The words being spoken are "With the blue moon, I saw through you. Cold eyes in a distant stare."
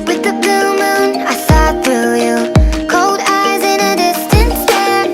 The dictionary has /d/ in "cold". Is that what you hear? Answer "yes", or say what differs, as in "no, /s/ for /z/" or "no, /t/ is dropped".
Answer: yes